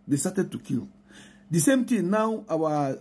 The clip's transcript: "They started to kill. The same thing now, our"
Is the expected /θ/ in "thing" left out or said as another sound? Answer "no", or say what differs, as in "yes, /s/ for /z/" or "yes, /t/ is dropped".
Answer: yes, /t/ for /θ/